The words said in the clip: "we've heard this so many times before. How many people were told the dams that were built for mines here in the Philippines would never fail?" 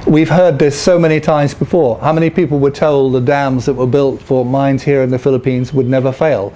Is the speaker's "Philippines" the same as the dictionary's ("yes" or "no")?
yes